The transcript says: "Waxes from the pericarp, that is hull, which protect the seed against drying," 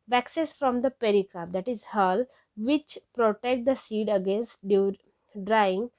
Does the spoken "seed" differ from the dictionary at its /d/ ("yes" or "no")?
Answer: no